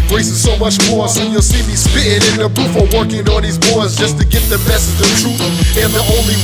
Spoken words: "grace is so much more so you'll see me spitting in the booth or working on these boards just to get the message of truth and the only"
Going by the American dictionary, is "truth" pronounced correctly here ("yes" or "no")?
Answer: no